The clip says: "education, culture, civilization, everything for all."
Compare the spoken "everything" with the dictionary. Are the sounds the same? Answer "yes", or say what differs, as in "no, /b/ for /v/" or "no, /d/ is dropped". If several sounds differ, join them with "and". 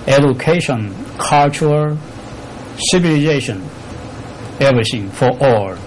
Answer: no, /s/ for /θ/